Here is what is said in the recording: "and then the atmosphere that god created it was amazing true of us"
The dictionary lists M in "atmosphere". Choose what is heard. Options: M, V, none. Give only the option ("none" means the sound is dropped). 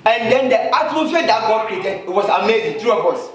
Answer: none